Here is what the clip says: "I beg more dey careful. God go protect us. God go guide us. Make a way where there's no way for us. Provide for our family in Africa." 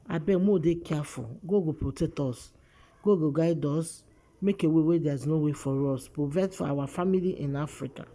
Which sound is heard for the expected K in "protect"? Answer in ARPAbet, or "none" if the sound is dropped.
none